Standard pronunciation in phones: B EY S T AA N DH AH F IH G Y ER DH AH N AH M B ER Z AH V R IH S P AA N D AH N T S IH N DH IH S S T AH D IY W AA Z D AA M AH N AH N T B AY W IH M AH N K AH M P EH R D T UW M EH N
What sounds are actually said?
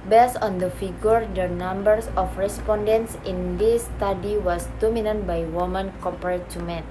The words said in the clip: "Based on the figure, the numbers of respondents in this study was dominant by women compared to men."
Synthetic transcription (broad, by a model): B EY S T AA N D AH F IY G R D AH N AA M B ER S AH F R IH S P AA N D AH N T S IH N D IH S S T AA D IY W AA S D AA M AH N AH N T B AY W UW M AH N K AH P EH R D T UW M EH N